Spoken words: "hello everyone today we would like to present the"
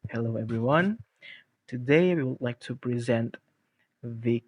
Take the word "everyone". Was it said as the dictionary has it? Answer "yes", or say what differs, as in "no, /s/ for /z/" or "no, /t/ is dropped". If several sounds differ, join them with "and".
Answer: yes